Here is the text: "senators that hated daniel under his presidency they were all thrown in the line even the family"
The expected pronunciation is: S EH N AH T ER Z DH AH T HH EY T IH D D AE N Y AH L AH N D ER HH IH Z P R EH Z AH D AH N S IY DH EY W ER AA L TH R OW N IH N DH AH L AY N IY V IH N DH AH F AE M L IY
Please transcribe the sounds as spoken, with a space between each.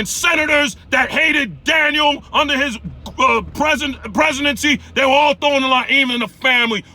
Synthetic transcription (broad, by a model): S EH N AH T ER Z DH AH T HH EY T IH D D AE N Y L AH N D ER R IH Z P R EH Z AH D AH N S IY DH EY W ER AA L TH OW IH N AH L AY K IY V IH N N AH F AE M L IY